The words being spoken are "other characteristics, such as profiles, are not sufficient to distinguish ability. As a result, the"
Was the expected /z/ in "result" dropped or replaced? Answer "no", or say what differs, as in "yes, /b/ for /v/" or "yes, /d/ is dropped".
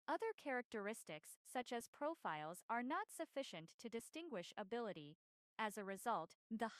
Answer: no